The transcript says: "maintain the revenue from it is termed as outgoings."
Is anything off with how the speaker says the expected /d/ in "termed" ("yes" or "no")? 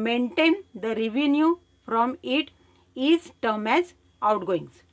yes